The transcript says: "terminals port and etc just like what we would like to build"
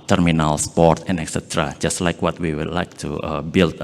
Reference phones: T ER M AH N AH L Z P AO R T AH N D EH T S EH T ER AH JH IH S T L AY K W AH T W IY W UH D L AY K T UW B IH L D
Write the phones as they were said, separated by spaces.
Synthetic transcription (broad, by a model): T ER M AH N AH L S P AO R T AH N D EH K S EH T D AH JH IH S T L AY K W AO T W IY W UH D L AY K T UW B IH L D